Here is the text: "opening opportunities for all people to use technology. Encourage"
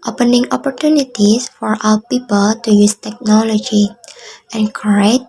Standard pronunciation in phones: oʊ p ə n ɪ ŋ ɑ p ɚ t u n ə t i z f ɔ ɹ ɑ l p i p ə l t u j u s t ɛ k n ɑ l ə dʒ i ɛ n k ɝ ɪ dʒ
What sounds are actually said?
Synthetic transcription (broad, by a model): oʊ p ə n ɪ ŋ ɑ p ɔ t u n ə t i s f ɔ ɹ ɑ w p i p ə l t u j u s t ɛ k n ɑ l ə dʒ i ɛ n k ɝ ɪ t